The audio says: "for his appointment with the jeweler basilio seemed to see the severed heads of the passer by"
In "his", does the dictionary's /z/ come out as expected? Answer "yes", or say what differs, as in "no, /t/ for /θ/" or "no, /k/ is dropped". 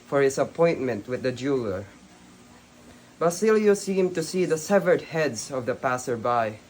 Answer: no, /s/ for /z/